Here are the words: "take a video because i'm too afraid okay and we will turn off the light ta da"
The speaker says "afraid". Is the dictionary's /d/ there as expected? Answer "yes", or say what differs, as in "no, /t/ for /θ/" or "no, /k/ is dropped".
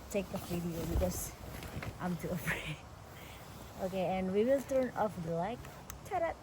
no, /d/ is dropped